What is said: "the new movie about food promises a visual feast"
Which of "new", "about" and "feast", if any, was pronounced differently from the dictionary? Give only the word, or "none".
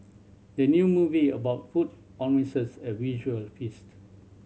none